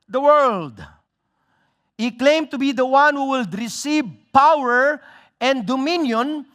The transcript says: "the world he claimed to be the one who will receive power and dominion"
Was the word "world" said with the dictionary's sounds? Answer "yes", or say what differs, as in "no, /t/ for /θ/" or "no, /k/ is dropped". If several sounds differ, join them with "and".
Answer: yes